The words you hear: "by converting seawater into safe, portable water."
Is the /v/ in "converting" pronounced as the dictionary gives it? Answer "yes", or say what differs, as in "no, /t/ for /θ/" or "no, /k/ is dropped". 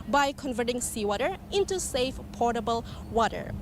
yes